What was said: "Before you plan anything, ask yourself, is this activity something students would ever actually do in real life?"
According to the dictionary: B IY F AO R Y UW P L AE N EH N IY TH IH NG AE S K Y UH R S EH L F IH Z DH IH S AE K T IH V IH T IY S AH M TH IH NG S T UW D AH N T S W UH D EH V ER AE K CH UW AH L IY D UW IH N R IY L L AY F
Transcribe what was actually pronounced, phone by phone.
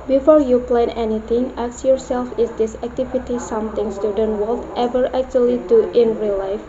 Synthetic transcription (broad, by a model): B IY F AO R Y UW P L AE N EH N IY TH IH NG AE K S Y UH R S EH L F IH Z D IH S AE K T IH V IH T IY S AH M T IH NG S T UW D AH N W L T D EH V ER AE K CH UW AH L IY D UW IH N R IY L L AY F